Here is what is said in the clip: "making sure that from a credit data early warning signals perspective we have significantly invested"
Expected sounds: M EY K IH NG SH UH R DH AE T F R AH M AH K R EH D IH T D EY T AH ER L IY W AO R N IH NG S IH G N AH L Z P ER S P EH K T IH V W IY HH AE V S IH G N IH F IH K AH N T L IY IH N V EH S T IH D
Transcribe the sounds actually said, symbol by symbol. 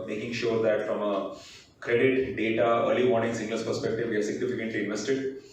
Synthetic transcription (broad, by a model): M EY K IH NG SH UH R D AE T F R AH M AH K R EH D IH T D EY T AH ER L IY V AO R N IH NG S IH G L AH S P ER S P EH K T IH V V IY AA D S IH G N IH F IH K AH N T L IY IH N V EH S T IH D